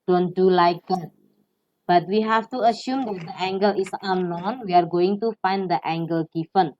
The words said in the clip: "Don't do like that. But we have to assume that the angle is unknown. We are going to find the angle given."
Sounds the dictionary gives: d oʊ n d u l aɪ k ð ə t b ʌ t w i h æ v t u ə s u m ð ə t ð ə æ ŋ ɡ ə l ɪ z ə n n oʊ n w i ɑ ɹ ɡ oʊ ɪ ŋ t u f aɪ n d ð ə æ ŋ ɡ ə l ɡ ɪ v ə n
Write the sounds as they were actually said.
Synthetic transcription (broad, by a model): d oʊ n d u l aɪ k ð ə t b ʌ t w i h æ f t u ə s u m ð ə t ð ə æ ŋ ɡ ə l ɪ s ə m n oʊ n w i ɑ ɹ ɡ oʊ ɪ ŋ t u f aɪ n d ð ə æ ŋ ɡ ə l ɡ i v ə n